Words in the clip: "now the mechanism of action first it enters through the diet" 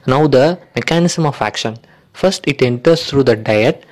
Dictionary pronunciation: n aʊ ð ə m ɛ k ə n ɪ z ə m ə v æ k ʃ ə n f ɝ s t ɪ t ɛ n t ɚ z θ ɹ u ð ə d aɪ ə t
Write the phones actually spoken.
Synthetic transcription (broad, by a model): n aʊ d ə m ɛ k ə n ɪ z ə m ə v æ k ʃ ə n f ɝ s t ɪ t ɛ n t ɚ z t ɹ u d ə d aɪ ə t